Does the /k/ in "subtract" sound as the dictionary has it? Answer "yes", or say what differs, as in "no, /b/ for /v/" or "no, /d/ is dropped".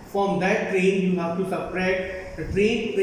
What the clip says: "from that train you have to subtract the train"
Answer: no, /k/ is dropped